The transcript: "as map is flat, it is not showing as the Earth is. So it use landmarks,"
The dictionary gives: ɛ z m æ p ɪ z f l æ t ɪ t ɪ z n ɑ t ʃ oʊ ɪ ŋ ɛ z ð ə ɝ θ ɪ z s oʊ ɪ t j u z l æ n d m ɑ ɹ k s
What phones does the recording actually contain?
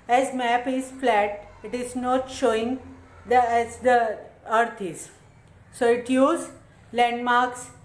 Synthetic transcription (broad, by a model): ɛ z m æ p ɪ z f l æ t ɪ t ɪ z n ɑ t ʃ oʊ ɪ ŋ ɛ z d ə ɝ t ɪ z s oʊ ɪ t j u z l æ n d m ɑ ɹ k s